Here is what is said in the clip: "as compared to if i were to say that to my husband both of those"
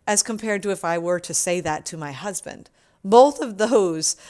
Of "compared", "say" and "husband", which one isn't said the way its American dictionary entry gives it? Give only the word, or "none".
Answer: none